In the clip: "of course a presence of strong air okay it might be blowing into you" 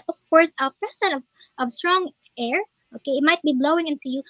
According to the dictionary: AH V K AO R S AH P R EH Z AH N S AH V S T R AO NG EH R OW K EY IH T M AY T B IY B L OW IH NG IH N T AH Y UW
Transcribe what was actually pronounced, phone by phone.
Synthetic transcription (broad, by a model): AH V K AO R S AH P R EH S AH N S AH V S T R AO NG EH R OW K EY IH T M AY T B IY B L OW IH NG IH N T AH Y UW